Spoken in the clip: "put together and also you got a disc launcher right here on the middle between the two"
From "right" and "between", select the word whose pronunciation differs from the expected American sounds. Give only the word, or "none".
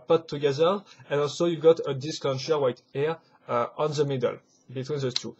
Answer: right